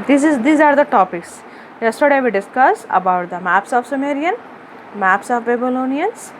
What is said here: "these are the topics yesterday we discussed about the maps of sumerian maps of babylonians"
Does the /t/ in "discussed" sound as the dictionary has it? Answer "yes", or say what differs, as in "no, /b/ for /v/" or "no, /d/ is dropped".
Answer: no, /t/ is dropped